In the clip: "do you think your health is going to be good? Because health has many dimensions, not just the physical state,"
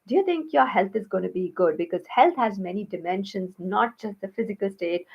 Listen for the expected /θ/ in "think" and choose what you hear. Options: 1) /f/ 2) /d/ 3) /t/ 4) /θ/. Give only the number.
3